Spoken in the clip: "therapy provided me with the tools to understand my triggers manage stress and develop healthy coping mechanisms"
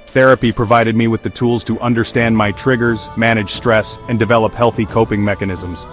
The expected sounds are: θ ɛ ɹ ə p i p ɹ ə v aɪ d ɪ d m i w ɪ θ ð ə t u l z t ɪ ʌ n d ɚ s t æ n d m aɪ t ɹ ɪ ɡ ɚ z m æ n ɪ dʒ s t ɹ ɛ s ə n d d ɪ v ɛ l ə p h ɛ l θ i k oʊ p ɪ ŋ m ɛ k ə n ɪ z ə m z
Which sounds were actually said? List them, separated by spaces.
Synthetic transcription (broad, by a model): θ ɛ ɹ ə p i p ɹ ə v aɪ d ɪ d m i w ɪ ð ə t u l z t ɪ ʌ n d ɚ s t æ n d m aɪ t ɹ ɪ ɡ ɚ z m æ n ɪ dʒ s t ɹ ɛ s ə n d d ɪ v ɛ l ə p h ɛ l θ i k oʊ p ɪ ŋ m ɛ k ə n ɪ z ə m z